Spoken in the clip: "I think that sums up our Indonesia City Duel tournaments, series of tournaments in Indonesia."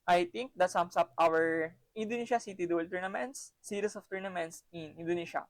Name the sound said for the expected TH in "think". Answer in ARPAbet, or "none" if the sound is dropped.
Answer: T